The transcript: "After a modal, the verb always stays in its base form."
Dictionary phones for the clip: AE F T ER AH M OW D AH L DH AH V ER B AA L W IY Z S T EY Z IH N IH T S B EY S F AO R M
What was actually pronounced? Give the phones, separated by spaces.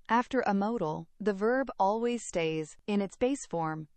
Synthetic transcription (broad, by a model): AE F T ER AH M OW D L DH AH V ER B AA L W IY Z S T EY Z IH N IH T S B EY S F AO R M